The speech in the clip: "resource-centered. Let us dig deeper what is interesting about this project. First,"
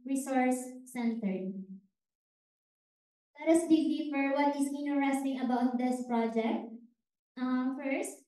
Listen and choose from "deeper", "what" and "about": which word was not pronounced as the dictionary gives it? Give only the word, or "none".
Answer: deeper